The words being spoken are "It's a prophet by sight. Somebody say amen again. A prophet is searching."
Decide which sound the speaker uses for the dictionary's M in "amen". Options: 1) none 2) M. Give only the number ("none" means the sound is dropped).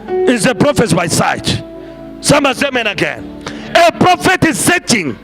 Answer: 2